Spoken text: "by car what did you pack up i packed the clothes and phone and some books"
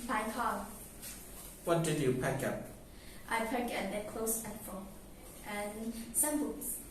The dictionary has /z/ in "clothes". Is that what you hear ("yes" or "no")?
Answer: no